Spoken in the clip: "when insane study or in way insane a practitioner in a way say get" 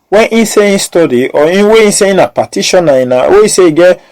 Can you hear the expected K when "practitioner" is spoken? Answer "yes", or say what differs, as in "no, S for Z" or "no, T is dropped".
no, K is dropped